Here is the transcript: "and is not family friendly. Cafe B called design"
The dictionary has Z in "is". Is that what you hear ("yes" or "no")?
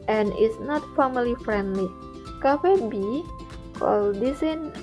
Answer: no